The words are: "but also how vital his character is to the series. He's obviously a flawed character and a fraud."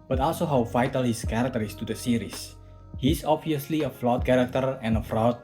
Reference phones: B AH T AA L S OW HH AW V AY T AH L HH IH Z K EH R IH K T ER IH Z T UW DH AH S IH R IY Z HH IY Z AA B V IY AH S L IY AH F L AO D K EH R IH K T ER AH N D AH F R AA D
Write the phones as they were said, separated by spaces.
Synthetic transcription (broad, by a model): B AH T AA L S OW HH AW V AY T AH L HH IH S K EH R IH K T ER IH S T UW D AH S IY R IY S HH IY S AA B V IY AH S L IY AH F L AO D K EH R IH K T ER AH N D AH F R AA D